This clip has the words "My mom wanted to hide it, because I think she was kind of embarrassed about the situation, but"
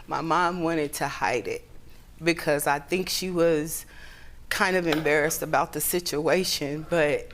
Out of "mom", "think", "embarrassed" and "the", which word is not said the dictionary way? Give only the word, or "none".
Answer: none